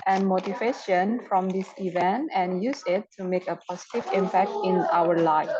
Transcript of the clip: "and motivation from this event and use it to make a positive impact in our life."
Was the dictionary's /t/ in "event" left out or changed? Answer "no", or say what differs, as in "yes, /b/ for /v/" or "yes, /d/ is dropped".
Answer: no